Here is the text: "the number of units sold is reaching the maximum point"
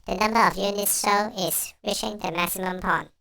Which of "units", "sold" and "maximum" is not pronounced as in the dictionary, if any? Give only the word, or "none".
sold